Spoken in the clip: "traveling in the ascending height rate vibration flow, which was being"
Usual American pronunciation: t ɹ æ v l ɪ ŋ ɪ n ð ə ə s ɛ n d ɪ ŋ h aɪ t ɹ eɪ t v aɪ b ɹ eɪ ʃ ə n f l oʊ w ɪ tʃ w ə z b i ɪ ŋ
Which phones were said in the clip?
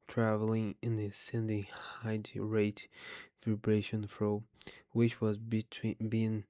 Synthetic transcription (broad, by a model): t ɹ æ v l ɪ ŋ ɪ n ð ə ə s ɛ n d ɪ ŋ h aɪ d ɹ eɪ t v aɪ b ɹ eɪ ʃ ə n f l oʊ w ɪ tʃ w ə z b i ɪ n